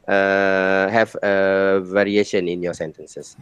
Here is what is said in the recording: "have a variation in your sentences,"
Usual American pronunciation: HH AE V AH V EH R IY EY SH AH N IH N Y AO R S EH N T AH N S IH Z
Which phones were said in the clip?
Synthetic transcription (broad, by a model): HH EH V AH V EH R IY EY SH AH N IH N Y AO S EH N T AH N S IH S